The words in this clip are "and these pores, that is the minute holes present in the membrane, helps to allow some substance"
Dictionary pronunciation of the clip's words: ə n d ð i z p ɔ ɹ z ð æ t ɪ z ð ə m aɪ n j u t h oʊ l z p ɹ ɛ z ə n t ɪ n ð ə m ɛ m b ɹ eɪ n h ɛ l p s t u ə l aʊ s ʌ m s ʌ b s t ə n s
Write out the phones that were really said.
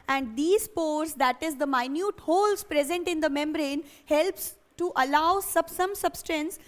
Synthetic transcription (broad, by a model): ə n d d i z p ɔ ɹ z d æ t ɪ z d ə m aɪ n j u t h oʊ l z p ɹ ɛ z ə n t ɪ n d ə m ɛ m b ɹ eɪ n h ɛ l p s t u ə l aʊ s ʌ m s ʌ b s t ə n s